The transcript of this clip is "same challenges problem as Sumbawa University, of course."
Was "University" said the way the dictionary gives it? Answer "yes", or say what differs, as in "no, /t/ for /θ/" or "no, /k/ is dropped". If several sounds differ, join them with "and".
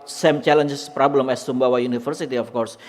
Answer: no, /f/ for /v/